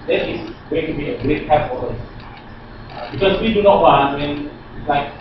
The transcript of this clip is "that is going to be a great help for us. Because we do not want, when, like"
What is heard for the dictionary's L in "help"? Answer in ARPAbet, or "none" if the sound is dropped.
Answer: none